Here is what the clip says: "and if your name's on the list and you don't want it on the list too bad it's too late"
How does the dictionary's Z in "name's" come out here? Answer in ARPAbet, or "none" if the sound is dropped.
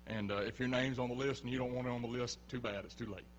Z